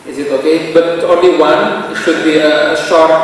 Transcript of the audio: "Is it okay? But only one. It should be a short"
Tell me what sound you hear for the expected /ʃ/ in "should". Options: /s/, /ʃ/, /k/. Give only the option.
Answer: /ʃ/